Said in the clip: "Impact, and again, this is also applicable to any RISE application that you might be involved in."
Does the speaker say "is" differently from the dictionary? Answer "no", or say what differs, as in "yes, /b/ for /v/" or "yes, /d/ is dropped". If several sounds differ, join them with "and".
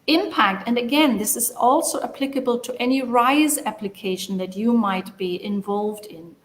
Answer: no